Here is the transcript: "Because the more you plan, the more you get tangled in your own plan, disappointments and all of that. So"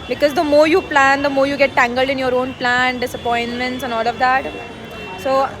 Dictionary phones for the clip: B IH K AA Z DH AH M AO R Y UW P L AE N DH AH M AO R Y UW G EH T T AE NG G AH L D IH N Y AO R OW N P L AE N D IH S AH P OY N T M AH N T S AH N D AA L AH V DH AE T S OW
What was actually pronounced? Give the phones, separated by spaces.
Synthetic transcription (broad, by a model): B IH K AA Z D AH M AO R Y UW P L AE N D AH M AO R Y UW G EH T T AE NG G AH L D IH N Y AO R OW N P L AE N D IH S AH P OY N T M AH N T S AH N AA L AH V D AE T S OW